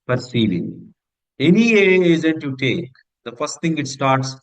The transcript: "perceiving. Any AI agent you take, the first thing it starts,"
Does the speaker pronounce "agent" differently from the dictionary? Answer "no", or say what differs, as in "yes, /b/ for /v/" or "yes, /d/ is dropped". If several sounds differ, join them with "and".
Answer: yes, /z/ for /dʒ/